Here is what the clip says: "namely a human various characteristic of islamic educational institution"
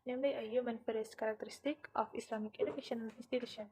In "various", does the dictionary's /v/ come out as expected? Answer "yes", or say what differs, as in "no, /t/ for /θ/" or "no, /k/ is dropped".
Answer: no, /f/ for /v/